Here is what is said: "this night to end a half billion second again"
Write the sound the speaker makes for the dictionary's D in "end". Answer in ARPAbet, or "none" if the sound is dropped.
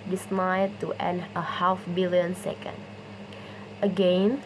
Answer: none